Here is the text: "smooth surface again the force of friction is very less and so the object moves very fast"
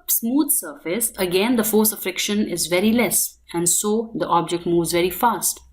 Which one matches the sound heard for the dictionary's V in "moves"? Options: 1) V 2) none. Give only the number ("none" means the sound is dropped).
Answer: 1